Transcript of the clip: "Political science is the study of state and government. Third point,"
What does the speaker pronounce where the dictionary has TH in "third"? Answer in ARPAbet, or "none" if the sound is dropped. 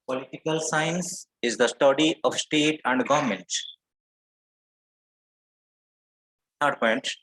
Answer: S